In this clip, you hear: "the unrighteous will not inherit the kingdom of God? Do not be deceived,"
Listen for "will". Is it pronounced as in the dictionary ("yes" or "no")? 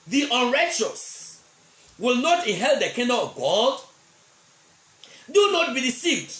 yes